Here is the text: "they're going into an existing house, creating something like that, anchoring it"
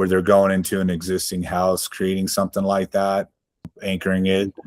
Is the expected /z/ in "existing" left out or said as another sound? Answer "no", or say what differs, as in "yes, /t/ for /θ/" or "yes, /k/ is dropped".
no